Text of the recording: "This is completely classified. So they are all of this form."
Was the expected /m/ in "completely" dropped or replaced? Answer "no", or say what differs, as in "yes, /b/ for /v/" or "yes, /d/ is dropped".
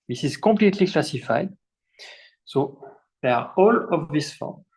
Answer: yes, /m/ is dropped